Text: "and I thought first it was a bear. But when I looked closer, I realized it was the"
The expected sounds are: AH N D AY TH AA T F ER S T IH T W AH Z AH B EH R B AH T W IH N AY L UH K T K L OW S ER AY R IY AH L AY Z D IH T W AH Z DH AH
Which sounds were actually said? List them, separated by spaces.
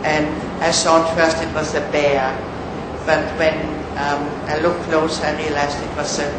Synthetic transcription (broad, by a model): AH N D AY S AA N F ER S T IH T W AH Z AH B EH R B AH T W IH N AY L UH K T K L OW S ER AY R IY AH L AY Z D IH T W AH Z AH